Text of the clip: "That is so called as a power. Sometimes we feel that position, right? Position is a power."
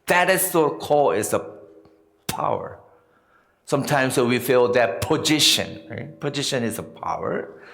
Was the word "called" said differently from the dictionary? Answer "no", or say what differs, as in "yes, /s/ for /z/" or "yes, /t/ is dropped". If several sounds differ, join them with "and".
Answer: yes, /d/ is dropped